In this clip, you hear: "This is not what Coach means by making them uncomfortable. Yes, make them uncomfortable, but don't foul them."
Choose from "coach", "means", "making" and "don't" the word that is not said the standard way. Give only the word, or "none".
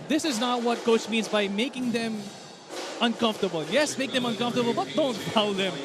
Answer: none